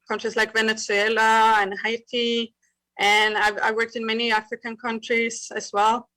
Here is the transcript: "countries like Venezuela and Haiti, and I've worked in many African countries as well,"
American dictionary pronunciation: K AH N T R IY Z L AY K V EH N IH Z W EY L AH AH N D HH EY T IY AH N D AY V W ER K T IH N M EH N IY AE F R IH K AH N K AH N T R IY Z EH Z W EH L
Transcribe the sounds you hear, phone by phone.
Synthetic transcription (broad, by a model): K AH N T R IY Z L AY K V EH N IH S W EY L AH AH N HH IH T IY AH N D AY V W ER K T IH N M EH N IY AE F R IH K AH N K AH N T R IY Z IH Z W EH L